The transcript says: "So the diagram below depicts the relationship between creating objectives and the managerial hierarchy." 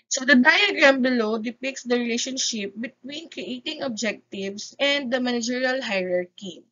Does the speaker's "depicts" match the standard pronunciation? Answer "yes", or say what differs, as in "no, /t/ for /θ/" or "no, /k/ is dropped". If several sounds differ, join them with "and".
yes